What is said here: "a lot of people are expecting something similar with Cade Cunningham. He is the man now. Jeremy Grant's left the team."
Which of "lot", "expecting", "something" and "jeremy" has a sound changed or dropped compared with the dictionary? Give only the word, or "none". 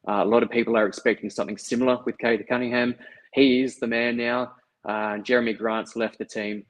none